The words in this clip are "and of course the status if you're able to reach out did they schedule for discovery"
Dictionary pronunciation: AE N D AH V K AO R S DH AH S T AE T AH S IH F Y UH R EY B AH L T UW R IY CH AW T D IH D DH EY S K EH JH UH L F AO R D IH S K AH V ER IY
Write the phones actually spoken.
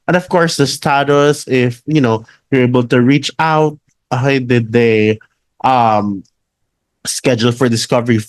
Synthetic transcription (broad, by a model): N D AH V K AO R S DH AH S T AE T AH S IH F Y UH W EY B AH L T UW R IY CH AW T D IH D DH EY S K EH JH UH L F AO R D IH S K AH V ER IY